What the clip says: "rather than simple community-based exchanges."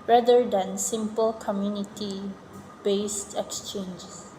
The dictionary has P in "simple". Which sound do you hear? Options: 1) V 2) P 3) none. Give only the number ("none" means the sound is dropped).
2